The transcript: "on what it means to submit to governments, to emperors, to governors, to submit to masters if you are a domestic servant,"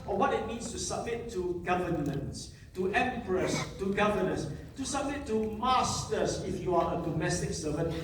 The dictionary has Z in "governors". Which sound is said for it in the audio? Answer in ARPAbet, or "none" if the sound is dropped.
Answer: S